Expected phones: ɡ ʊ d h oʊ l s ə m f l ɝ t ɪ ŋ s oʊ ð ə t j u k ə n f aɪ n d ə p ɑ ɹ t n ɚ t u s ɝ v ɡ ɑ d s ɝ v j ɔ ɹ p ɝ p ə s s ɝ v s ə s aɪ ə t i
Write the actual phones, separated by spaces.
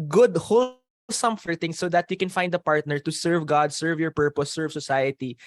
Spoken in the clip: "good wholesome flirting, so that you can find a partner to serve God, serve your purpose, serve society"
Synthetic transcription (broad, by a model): ɡ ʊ d h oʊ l s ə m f ɝ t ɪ ŋ s oʊ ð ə t j u k ə n f aɪ n d ə p ɑ ɹ t n ɚ t u s ɝ v ɡ ɑ d s ɝ v j ɔ ɹ p ɝ p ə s s ɝ v s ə s aɪ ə t i